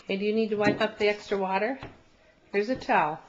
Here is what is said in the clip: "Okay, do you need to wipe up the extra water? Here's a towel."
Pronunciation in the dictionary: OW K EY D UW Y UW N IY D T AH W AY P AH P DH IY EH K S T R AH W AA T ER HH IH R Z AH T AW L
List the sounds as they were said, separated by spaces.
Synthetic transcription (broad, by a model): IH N D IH Y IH N IY D T AH W AY P AH P DH IY EH K S T R AH W AA T ER HH IH R Z AH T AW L